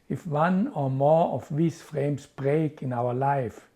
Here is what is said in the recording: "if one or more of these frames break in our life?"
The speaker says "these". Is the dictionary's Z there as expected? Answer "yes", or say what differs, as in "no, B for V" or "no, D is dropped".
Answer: no, S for Z